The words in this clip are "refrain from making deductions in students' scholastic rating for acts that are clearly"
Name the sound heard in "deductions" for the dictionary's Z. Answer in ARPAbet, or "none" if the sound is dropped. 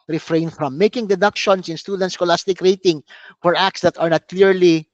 S